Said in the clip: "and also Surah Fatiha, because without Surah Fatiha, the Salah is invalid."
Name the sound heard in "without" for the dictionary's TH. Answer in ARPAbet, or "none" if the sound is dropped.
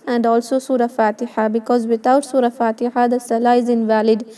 T